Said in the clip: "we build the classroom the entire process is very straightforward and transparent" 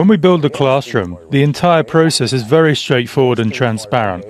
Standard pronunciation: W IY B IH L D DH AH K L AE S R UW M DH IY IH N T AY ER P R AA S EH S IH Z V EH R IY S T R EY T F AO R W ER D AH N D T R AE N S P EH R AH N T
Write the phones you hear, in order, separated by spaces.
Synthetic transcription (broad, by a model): W IY B IH L D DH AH K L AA S R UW M DH IY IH N T AY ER P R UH S EH S IH Z V EH R IY S T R EY T F AO W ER D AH N T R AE N S P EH R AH N T